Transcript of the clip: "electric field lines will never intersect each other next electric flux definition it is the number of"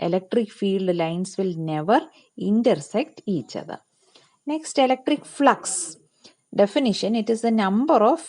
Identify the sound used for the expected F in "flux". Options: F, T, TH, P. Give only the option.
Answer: F